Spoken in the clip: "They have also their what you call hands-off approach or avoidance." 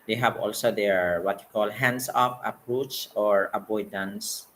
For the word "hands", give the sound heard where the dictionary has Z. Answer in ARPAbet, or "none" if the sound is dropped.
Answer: S